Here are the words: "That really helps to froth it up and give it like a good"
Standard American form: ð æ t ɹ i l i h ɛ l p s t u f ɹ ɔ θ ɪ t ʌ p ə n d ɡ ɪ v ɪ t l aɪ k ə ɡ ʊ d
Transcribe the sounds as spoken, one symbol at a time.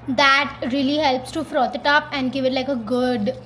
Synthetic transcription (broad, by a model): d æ t ɹ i l i h ɛ l p s t u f ɹ ɔ t ɪ t ʌ p ə n d ɡ ɪ v ɪ t l aɪ k ə ɡ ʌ d